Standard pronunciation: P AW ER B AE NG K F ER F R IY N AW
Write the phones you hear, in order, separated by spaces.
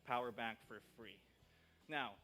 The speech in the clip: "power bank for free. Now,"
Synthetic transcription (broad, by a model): P AW ER B AE NG K F ER F R IY N AW